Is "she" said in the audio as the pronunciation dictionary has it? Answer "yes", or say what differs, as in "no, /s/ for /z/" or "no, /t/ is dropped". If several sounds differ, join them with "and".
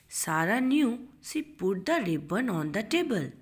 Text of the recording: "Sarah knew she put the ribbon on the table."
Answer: no, /s/ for /ʃ/